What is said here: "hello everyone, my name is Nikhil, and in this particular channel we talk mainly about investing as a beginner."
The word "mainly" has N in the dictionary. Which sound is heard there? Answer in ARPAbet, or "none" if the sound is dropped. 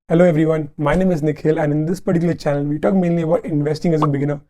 N